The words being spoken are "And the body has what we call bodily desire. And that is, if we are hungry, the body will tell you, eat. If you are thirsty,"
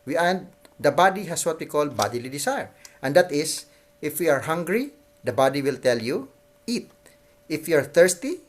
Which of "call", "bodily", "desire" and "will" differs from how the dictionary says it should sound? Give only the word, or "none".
desire